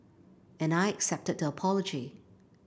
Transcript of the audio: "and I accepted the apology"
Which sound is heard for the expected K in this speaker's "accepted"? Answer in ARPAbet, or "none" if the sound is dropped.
K